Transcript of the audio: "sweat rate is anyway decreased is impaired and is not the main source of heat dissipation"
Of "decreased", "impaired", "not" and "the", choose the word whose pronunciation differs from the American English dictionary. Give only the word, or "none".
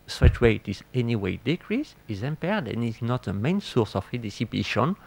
decreased